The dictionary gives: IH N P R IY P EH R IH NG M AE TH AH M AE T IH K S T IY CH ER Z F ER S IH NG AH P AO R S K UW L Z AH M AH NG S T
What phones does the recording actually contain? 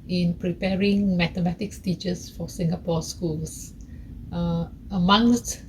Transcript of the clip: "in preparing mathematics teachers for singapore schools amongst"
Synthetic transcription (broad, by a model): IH N P R IY P EH R IH NG M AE T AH M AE T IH K S T IY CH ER S F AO S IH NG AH P AO S K UW L S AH M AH NG S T